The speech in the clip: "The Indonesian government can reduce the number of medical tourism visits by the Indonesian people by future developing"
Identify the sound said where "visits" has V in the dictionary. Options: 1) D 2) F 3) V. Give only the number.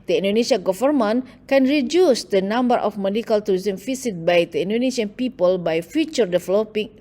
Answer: 2